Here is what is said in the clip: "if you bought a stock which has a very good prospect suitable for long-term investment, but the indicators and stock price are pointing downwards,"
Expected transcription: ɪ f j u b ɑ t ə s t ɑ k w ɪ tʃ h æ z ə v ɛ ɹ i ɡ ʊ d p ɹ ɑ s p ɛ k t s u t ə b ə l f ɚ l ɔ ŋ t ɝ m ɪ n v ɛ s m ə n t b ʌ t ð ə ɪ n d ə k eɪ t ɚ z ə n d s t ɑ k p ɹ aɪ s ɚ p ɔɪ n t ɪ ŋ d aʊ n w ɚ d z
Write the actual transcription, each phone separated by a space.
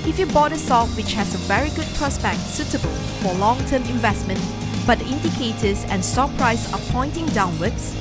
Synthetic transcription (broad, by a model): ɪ f j u b ɑ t ə s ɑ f w ɪ tʃ h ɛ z ə v ɛ ɹ i ɡ ʊ d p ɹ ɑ s b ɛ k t s u t ə b ə l f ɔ l ɔ ŋ t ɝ m ɪ n v ɛ s m ə n t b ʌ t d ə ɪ n d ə k eɪ t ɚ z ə n s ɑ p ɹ aɪ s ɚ p ɔɪ n t ɪ ŋ d aʊ n w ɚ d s